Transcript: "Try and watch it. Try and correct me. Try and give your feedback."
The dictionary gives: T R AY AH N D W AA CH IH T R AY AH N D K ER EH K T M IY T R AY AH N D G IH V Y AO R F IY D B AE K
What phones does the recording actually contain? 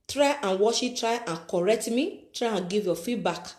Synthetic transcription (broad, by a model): T R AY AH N W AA SH IH T R AY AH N K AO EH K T M IY T R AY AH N G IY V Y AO F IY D B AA K